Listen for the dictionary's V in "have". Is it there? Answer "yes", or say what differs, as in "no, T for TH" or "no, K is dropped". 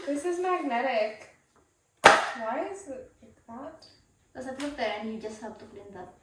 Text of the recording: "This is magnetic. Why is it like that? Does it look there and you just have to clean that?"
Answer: no, B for V